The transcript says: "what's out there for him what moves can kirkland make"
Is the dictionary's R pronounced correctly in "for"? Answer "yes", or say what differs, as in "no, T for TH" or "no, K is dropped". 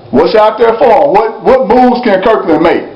no, W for R